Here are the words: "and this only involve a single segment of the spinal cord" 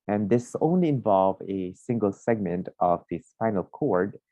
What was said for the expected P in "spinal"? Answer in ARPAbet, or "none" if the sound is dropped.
F